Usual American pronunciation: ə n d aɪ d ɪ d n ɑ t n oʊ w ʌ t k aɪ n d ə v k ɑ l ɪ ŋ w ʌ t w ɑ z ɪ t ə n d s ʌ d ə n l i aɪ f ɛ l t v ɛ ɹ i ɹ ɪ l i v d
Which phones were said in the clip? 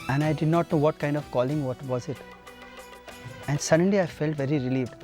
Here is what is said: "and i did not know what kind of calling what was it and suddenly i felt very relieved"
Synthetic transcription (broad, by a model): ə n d aɪ d ɪ d n ɑ t n oʊ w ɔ t k aɪ n d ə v k ɑ l ɪ ŋ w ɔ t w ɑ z ɪ t ə n d s ʌ d ə n l i aɪ f ɛ l t v ɛ ɹ i ɹ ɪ l i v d